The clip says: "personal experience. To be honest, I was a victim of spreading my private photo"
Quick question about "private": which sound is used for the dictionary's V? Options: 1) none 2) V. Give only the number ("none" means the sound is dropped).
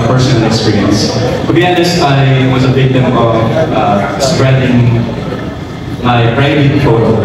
1